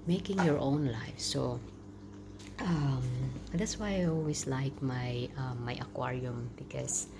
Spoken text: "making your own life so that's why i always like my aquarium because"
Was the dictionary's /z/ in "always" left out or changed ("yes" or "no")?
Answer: yes